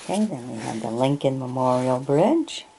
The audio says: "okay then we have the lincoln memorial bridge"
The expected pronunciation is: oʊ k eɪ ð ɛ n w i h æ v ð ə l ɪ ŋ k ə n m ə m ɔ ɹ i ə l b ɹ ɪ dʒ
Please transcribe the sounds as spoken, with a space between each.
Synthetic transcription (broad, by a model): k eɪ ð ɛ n w i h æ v ð ə l ɪ ŋ k ə n m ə m ɔ ɹ i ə l b ɹ ɪ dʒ